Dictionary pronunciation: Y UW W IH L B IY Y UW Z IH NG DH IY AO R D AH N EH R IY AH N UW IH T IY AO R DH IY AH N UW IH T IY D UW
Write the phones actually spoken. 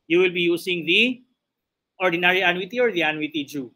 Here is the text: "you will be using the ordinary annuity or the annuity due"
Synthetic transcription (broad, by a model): Y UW W IH L B IY Y UW S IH NG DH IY AO R D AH N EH R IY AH N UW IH T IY AO R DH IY AH N UW IH T IY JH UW